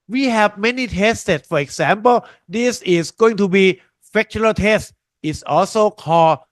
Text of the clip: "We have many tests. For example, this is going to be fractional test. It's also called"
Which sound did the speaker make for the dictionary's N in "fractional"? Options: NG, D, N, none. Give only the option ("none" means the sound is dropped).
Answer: none